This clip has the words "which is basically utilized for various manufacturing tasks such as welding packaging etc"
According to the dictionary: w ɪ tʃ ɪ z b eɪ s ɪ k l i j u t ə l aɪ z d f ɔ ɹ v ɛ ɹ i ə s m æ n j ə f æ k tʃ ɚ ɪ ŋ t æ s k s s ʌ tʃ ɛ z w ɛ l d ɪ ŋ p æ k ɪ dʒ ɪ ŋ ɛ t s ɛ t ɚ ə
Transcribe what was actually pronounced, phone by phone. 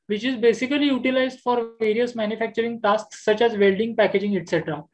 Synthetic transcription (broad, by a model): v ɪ tʃ ɪ z b eɪ s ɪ k l i j u t ə l aɪ z d f ɔ ɹ v ɛ ɹ i ə s m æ n j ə f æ k tʃ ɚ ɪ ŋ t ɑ s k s s ʌ tʃ ɛ z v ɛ l d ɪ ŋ p æ k ɪ dʒ ɪ ŋ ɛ t s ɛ t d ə